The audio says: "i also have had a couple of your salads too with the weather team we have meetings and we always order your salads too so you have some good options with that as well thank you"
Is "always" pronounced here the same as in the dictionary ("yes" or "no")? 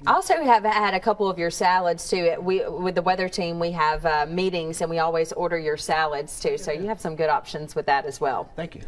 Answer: yes